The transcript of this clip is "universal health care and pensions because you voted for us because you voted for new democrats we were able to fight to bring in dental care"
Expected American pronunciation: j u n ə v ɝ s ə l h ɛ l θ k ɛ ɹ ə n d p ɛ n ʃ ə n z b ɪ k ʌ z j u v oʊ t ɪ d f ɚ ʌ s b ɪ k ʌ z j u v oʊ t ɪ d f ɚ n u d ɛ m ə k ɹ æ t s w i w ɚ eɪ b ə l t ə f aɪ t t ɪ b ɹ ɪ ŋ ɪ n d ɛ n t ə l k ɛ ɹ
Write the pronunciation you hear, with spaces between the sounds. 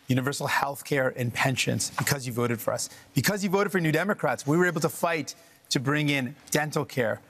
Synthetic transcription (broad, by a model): j u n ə v ɝ s l h ɛ l θ k ɛ ɹ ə n p ɛ n ʃ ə n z b ɪ k ʌ z j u v oʊ t ɪ d f ɚ ʌ s b ɪ k ʌ z j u v oʊ t ɪ d f ɚ n u d ɛ m ə k ɹ æ t s w i w ɚ eɪ b l t ə f aɪ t t ɪ b ɹ ɪ ŋ ɪ n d ɛ n t l k ɛ ɹ